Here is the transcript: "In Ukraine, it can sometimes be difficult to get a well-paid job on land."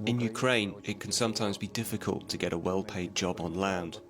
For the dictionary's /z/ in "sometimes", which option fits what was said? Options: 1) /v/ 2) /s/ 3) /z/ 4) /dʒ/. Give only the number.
3